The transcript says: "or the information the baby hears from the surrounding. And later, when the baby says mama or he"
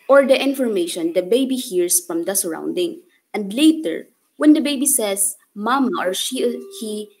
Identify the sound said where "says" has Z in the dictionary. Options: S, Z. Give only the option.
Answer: S